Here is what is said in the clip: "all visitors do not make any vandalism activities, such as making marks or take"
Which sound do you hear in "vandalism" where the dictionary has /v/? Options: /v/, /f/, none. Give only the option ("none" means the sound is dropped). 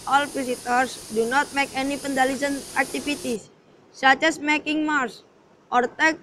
/f/